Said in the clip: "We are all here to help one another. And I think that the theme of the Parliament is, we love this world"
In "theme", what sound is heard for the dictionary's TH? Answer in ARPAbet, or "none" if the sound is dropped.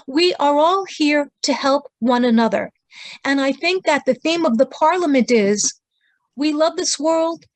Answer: TH